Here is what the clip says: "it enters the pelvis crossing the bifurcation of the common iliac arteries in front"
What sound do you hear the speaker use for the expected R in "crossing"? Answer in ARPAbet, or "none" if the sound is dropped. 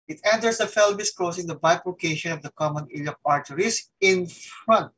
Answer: L